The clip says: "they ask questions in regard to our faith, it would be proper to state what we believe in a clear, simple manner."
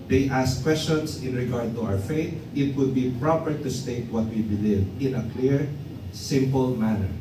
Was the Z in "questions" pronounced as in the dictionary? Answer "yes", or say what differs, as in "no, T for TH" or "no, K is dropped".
no, S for Z